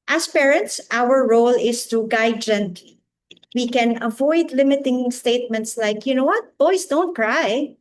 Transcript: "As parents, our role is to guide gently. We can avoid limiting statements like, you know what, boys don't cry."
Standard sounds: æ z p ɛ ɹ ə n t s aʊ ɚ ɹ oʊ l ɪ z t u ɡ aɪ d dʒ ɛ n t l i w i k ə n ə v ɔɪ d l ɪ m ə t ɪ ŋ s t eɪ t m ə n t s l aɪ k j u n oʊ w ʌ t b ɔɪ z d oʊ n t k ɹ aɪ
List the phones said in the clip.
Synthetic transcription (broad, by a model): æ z p ɛ ɹ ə n t s aʊ ɚ ɹ oʊ l ɪ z t u ɡ aɪ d dʒ ɛ n t l i w i k ə n ə v ɔɪ d l ɪ m ə t ɪ ŋ s t eɪ t m ə n t s l aɪ k j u n oʊ w ʌ t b ɔɪ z d oʊ n t k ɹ aɪ